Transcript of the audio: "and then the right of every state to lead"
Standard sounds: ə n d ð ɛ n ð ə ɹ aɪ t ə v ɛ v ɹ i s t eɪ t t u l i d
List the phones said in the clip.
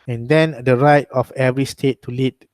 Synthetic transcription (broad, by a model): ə n d ɛ n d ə ɹ aɪ t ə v ɛ v ɹ i s t eɪ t t u l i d